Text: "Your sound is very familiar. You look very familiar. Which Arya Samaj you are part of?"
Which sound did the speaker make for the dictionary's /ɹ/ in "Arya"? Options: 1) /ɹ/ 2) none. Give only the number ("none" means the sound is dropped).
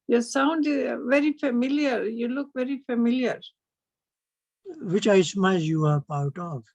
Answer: 2